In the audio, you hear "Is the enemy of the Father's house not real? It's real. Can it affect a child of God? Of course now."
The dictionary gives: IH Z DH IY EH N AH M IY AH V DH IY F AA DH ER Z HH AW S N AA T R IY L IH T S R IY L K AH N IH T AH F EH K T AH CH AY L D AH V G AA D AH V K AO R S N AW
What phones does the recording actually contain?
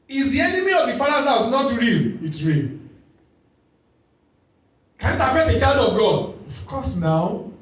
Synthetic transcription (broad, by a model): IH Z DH IY EH N AH M IY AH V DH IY F AA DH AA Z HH AW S N AA T R IY L IH T S R IY L K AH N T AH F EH T AH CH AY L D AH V G AA D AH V K AO S N AW